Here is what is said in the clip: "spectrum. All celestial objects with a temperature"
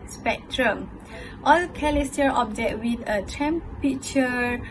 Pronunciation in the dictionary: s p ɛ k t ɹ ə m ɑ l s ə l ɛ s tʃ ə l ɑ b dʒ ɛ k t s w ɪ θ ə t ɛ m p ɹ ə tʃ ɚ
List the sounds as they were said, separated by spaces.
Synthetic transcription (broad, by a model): s p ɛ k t ɹ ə m ɑ l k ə l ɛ s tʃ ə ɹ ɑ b dʒ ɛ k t w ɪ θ ə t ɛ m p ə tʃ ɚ